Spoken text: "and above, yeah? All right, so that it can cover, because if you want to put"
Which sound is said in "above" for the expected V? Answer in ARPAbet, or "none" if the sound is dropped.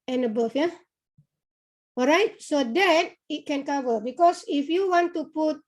F